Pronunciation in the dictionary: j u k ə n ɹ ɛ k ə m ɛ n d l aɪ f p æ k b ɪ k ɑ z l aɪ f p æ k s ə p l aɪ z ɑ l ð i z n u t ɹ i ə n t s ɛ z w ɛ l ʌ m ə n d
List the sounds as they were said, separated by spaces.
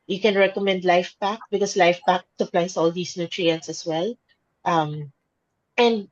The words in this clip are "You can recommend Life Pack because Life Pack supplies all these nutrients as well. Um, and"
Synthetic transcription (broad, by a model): j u k ə n ɹ ɛ k ə m ɛ n d l aɪ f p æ k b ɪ k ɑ s l aɪ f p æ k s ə p l aɪ s ɑ l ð i s n u t ɹ i ə n t s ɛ s w ɛ l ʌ m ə n d